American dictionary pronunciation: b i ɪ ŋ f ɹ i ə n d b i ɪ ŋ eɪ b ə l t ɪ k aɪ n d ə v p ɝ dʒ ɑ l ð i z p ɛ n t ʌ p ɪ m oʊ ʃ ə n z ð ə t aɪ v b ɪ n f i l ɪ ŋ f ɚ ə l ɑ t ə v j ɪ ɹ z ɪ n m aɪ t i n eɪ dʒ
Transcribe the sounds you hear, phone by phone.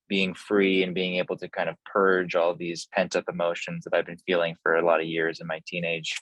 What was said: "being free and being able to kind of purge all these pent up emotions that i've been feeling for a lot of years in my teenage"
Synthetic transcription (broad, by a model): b i ɪ ŋ f ɹ i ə n b i ɪ ŋ eɪ b l t ɪ k aɪ n d ə v p ɝ dʒ ɑ l ð i z p ɛ n t ʌ p ɪ m oʊ ʃ ə n z ð ə t aɪ v b ɪ n f i l ɪ ŋ f ɚ ə l ɑ t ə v j ɪ ɹ z ɪ n m aɪ t i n eɪ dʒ